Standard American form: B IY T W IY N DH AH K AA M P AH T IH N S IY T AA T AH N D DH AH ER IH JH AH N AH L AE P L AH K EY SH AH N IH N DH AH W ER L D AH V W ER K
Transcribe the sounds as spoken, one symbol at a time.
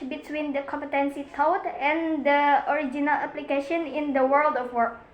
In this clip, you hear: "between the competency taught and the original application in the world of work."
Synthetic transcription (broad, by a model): B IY T W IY N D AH K AA M P AH T IH N S IY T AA T AH N D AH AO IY JH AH N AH L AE P L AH K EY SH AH N IH N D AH W ER L D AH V W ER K